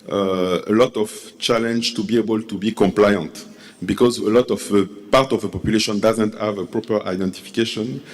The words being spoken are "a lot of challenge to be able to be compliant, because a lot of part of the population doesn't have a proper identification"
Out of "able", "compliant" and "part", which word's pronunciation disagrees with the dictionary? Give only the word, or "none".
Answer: none